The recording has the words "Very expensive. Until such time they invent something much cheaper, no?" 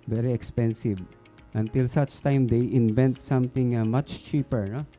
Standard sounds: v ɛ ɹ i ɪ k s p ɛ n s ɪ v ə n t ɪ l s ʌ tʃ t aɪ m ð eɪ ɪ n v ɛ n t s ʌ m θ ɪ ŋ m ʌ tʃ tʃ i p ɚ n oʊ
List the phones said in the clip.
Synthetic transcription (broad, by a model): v ɛ ɹ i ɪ k s p ɛ n s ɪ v ə n t ɪ l s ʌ tʃ t aɪ m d eɪ ɪ n v ɛ n t s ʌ m t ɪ ŋ m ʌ tʃ tʃ i p ɚ n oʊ